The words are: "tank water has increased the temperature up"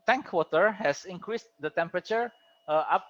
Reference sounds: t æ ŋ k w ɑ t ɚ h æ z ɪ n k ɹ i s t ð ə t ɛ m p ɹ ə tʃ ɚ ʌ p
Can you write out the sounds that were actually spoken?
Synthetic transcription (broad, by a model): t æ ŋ k w ɑ t ɚ h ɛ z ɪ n k ɹ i s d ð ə t ɛ m p ɹ ə tʃ ɚ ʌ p